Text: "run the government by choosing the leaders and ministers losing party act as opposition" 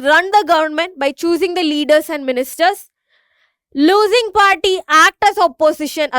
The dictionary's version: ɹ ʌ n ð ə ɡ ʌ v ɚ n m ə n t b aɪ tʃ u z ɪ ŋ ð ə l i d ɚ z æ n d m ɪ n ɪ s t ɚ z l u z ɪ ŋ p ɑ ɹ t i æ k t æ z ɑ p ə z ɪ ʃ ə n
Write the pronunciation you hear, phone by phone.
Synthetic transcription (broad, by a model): ɹ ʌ n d ə ɡ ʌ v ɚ n m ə n t b aɪ tʃ u z ɪ ŋ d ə l i d ɚ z æ n d m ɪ n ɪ s t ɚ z l u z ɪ ŋ p ɑ ɹ t i æ k t æ z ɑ p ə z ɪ ʃ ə n